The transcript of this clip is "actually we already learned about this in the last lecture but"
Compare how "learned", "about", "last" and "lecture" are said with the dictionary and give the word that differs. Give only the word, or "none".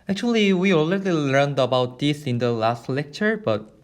none